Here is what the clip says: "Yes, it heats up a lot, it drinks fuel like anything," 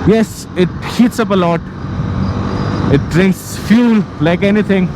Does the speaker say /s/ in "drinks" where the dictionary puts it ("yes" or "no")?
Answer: yes